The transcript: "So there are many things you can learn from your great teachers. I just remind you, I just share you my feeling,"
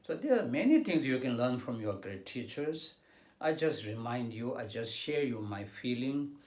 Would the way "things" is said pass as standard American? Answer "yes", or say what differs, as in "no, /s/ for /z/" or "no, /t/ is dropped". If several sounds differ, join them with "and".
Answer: no, /t/ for /θ/